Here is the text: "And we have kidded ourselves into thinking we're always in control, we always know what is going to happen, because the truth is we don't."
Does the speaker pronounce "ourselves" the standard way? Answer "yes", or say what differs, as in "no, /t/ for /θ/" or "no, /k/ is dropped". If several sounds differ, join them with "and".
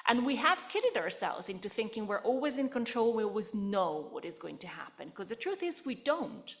yes